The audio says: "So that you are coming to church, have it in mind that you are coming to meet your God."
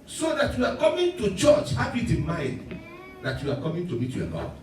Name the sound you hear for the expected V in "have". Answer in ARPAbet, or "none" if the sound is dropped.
B